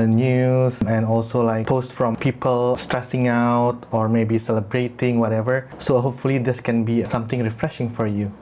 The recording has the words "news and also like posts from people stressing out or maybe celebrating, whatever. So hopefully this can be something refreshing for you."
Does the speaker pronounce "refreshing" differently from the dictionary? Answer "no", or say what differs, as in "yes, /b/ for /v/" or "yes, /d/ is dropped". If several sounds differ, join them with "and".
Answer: no